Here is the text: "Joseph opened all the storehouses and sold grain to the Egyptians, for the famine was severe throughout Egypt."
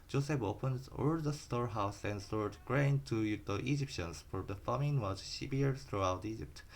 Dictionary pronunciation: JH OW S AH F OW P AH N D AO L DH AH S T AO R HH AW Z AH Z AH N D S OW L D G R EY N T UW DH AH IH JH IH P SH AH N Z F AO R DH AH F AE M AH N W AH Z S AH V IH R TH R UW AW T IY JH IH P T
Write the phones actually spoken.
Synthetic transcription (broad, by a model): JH OW S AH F OW P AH N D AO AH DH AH S T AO R HH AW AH S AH N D S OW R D G R EY N T UW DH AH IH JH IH P SH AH N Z F AO R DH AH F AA M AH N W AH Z SH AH B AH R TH R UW AW T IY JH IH P T